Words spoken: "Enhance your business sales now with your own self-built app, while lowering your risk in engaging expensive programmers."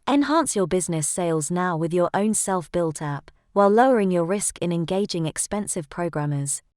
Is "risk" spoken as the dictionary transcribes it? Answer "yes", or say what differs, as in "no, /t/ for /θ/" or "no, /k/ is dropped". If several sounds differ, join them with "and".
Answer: yes